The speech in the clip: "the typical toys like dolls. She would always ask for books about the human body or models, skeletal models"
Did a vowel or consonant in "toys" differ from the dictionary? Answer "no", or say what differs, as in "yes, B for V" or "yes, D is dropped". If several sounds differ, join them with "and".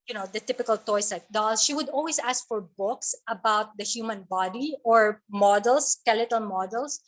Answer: yes, S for Z